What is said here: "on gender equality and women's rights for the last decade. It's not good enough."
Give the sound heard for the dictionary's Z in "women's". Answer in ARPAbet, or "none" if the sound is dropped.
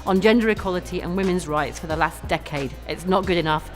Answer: Z